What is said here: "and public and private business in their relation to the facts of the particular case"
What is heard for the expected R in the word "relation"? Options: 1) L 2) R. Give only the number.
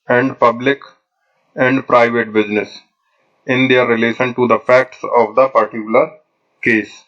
2